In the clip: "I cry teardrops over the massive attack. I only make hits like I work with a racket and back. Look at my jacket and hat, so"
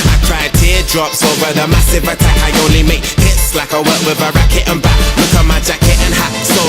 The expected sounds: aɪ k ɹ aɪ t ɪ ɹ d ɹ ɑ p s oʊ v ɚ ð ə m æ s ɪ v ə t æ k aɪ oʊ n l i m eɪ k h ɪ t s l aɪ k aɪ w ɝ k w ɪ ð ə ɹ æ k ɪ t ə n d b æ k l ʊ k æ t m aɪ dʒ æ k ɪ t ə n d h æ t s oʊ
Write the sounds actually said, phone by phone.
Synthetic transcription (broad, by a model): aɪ k ɹ aɪ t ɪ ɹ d ɹ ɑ p s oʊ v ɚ ð ə m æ s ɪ v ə t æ k aɪ oʊ n l i m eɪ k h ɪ t s l aɪ k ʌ w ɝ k w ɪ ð ə ɹ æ k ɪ t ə n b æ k w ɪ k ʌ m aɪ dʒ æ k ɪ t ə n h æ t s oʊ